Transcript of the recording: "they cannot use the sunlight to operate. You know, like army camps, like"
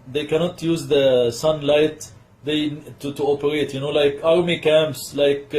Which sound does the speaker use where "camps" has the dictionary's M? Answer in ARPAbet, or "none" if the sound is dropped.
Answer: M